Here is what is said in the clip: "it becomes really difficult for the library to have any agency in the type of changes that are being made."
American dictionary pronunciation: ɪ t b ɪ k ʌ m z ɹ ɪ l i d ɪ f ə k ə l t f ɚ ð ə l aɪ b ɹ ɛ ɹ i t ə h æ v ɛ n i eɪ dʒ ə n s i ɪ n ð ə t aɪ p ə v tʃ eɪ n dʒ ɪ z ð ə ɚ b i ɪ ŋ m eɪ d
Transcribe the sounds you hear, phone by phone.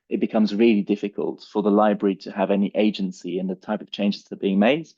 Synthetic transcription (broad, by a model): ɪ t b ɪ k ʌ m z ɹ ɪ l i d ɪ f ə k ə l t f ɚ ð ə l aɪ b ɹ ɛ ɹ i t ə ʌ v ɛ n i eɪ dʒ ə n s i ɪ n ð ə t aɪ p ə v tʃ eɪ n dʒ ɪ z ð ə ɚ b i ɪ ŋ m eɪ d